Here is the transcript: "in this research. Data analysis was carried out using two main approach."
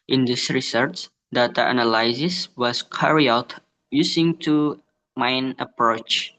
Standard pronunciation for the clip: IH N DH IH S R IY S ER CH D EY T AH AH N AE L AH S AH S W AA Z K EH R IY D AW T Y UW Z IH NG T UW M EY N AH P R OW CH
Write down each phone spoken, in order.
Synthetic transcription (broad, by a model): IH N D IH S R IY S ER CH D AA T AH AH N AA L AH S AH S W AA S K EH R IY AW T Y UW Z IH NG T UW M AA N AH P R OW CH